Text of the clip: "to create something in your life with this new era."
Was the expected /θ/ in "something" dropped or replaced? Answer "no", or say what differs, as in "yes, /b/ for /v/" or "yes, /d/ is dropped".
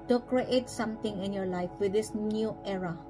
yes, /t/ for /θ/